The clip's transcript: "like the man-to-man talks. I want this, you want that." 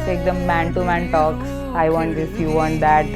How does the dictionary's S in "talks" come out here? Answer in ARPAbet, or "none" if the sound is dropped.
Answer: none